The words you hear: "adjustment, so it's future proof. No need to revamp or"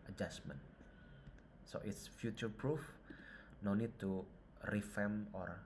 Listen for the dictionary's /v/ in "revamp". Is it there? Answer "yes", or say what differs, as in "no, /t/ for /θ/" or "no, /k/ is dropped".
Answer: no, /f/ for /v/